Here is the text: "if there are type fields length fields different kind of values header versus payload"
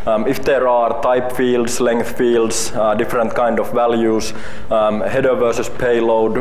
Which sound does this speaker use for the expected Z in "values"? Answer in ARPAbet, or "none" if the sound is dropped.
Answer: S